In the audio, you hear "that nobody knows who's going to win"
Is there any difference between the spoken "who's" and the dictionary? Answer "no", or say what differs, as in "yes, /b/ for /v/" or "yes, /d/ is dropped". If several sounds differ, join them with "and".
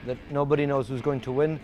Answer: no